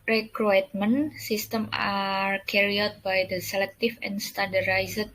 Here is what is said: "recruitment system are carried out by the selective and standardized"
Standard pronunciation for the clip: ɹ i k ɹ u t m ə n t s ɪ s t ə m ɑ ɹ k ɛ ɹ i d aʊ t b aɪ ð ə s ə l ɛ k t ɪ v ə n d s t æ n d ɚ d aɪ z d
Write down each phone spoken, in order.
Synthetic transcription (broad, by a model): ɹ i k ɹ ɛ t m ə n s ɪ s t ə m ɑ ɹ k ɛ ɹ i aʊ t b aɪ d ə s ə l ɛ k t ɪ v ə n s t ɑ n d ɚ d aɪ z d